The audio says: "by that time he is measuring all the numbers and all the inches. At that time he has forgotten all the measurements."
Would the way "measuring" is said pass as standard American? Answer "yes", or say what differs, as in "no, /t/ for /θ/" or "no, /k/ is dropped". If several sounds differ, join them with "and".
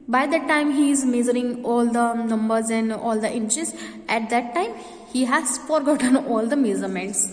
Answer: no, /z/ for /ʒ/